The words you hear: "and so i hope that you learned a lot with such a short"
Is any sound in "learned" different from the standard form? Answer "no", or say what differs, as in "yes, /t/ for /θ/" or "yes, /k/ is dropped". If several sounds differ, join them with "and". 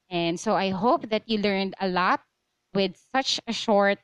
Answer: no